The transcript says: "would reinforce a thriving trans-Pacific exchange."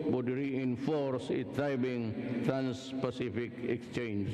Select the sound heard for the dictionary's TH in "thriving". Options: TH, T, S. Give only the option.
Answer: T